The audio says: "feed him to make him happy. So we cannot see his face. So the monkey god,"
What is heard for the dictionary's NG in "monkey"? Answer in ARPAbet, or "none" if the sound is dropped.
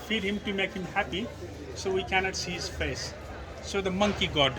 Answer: NG